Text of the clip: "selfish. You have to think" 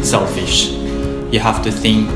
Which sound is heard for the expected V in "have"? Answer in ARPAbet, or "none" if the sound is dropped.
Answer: F